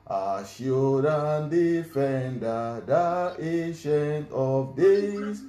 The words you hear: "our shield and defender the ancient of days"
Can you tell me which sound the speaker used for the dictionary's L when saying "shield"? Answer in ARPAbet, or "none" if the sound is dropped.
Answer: none